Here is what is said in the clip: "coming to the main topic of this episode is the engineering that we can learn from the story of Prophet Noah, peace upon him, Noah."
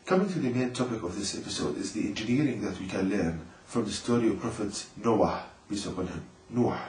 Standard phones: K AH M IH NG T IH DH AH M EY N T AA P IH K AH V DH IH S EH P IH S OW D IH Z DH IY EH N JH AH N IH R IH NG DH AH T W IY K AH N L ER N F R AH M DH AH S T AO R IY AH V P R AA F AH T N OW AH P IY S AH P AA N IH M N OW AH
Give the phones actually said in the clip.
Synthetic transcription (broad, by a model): K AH M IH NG T IH DH AH M EY N T AA P IH K AH V DH IH S EH P IH S OW D IH Z DH IY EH N JH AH N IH R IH NG DH AH T W IY K AH N L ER N F R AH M DH AH S T AO R IY AH V P R AA F AH T N OW AH B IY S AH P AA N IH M N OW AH